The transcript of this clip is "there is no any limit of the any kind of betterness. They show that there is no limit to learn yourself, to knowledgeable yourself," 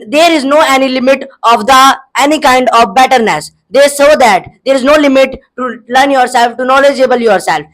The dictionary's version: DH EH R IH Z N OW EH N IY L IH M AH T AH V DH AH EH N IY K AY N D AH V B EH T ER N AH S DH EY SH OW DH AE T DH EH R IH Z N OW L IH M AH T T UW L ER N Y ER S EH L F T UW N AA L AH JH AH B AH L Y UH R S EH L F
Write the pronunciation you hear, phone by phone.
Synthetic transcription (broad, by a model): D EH R IH Z N OW EH N IY L IH M AH T AH V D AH EH N IY K AY N D AH V B EH T ER N AH S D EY S OW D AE T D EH R IH Z N OW L IH M AH T T UW L ER N Y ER S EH L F T UW N AA L AH JH AH B AH L Y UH R S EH L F